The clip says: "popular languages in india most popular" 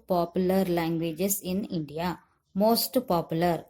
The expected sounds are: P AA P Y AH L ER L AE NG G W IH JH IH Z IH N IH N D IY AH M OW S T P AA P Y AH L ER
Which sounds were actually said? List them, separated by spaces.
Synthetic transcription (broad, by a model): P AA P Y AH L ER L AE NG G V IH JH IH S IH N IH N D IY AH M OW S T P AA P Y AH L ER